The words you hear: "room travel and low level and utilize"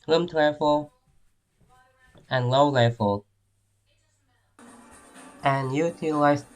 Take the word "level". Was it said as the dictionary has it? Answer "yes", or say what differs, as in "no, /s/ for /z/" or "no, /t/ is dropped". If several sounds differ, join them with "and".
no, /f/ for /v/